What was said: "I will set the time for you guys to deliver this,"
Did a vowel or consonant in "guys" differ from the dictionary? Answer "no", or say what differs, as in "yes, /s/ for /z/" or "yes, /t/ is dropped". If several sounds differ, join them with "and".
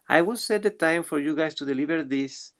yes, /s/ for /z/